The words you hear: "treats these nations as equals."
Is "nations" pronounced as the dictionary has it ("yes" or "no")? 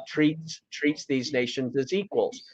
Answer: yes